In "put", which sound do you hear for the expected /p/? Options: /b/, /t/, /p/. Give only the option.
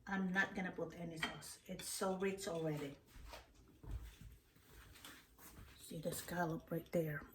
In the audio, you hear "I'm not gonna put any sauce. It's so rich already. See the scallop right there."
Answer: /b/